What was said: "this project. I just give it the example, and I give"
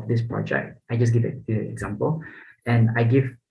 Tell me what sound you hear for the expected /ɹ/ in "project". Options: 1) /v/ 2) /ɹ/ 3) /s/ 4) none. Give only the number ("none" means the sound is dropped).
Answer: 2